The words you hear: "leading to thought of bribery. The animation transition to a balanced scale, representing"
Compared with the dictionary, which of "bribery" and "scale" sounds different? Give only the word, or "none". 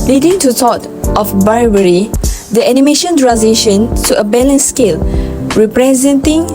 bribery